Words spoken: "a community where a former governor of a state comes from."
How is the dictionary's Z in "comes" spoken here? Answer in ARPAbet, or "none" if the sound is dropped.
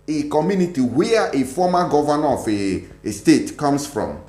S